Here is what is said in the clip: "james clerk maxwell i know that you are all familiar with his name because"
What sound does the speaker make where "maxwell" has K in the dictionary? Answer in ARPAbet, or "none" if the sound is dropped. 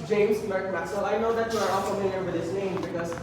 none